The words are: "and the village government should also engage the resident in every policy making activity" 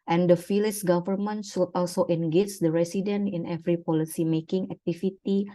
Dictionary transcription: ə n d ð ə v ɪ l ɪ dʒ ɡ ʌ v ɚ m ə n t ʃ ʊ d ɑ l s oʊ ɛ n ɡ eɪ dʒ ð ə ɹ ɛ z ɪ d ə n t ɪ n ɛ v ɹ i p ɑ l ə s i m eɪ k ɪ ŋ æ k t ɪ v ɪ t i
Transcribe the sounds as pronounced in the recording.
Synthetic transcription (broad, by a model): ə n d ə f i l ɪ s ɡ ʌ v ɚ m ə n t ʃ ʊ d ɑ l s oʊ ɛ n ɡ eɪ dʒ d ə ɹ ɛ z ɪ d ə n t ɪ n ɛ v ɹ i p ɑ l ə s i m eɪ k ɪ ŋ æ k t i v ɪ t i